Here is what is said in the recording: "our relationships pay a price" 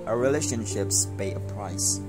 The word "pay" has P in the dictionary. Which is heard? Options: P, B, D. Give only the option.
B